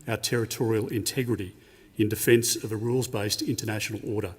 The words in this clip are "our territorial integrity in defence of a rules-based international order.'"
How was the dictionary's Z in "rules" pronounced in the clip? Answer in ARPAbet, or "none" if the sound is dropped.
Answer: Z